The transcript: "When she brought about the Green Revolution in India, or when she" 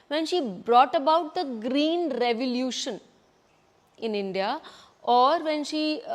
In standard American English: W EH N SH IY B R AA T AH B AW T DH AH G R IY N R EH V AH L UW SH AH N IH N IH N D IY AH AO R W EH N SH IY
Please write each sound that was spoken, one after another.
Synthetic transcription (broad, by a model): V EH N SH IY B R AA T AH B AW T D AH G R IY N R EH V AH L UW SH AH N IH N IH N D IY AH AO R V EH N SH IY